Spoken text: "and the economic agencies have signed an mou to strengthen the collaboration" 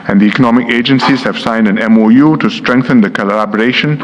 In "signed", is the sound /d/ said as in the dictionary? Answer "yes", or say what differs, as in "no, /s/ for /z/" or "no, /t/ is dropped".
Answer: yes